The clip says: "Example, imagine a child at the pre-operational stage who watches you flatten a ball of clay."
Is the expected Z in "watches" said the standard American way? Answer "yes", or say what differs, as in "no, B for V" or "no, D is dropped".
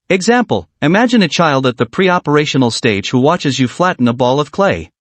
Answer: yes